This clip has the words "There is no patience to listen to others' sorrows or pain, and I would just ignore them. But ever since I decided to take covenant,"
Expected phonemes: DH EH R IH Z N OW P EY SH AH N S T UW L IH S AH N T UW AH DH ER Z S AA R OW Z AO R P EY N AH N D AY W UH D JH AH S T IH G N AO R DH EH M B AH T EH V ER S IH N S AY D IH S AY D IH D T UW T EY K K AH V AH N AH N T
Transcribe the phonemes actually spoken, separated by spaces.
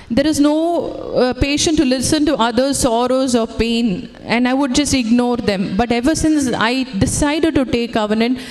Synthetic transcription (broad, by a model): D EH R IH Z N OW P EY SH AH N T UW L IH S AH N T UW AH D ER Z S AA R OW Z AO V P EY N AH N D AY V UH D JH AH S T IH G N AO R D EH M B AH T EH V ER S IH N S AY D IH S AY D IH D T UW T EY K K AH V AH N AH N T